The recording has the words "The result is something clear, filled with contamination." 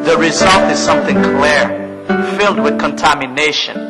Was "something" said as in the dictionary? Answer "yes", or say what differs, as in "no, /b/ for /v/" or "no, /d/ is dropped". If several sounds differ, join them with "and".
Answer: yes